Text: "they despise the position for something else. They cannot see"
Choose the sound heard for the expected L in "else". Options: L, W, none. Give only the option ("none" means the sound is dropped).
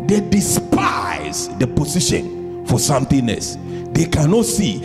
none